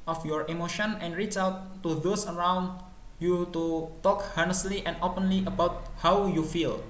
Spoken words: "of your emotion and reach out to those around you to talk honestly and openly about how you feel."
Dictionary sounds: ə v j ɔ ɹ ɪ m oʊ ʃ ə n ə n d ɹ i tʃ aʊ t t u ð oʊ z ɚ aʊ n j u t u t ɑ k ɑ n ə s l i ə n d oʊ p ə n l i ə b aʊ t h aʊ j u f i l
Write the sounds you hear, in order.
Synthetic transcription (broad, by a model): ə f j ɔ ɹ ɪ m oʊ ʃ ə n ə n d ɹ i tʃ aʊ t t u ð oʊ s ɚ aʊ n j u t u t ɑ k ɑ n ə s l i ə n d oʊ p ə n l i ə b aʊ t h aʊ j u f i l